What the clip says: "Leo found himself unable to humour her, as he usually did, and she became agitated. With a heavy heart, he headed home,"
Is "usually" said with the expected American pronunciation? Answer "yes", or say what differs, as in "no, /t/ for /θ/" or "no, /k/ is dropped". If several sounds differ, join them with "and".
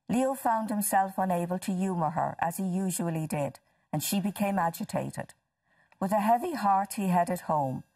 yes